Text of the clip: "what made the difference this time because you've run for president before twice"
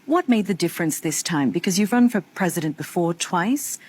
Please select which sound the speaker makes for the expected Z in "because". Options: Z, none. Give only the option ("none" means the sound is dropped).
Z